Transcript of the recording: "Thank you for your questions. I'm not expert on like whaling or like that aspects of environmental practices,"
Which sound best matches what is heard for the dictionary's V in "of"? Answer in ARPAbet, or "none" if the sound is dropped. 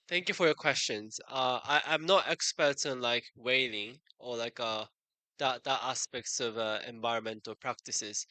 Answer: V